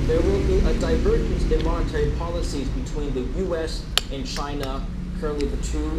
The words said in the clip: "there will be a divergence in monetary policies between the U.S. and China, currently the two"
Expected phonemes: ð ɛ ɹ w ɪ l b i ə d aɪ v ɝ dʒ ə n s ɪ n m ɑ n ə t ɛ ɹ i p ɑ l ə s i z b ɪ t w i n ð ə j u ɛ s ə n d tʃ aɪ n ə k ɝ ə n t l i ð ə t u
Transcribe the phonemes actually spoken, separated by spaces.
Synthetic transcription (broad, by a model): ð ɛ ɹ w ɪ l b i ə d aɪ v ɝ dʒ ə n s ɪ n m ɑ n ə t ɛ ɹ i p ɑ l ə s i z b ɪ t w i n ð ə j u ɛ s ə n tʃ aɪ n ə k ɝ ə n t l i ð ə t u